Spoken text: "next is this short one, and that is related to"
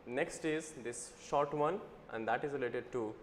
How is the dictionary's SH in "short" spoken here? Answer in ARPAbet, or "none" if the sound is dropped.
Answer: SH